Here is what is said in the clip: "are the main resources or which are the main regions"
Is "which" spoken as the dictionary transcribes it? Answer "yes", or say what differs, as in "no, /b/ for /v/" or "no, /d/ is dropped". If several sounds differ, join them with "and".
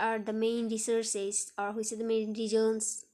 no, /s/ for /tʃ/